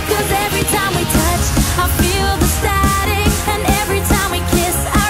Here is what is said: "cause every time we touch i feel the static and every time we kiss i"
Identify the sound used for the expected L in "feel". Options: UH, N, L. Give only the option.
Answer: L